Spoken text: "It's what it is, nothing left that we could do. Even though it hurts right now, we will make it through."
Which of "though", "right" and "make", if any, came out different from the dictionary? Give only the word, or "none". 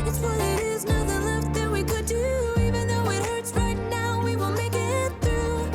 none